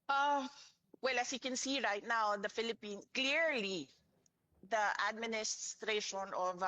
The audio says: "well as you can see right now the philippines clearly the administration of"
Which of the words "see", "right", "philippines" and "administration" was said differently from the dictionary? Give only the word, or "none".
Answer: philippines